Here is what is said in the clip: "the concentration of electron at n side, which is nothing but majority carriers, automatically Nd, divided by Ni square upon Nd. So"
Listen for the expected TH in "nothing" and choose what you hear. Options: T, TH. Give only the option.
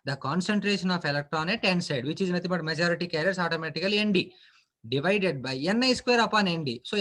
T